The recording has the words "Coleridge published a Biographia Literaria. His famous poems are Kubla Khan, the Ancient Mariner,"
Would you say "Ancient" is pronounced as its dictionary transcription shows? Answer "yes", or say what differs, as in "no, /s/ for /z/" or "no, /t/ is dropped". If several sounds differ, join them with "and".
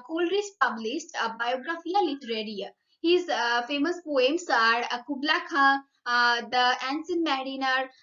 no, /s/ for /ʃ/